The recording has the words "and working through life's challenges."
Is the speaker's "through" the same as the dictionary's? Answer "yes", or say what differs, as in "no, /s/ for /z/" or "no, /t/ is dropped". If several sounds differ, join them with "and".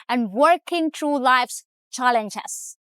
no, /t/ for /θ/